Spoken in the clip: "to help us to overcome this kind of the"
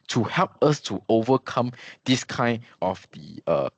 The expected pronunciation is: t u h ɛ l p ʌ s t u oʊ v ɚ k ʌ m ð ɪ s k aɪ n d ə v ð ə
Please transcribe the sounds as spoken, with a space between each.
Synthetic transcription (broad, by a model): t u h ɛ l p ʌ s t u oʊ v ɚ k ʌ m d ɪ s k aɪ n ə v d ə